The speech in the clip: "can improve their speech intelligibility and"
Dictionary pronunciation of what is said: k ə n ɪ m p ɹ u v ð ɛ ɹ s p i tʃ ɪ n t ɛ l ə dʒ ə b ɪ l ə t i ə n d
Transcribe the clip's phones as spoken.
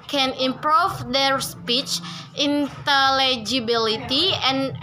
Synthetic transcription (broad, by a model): k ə n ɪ m p ɹ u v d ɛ ɹ s p i tʃ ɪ n t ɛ l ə dʒ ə b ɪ l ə t i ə n